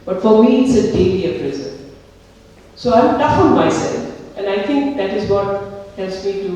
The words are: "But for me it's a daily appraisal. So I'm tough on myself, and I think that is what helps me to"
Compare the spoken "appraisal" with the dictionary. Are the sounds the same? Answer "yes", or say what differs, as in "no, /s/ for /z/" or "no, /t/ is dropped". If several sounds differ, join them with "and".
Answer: no, /n/ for /l/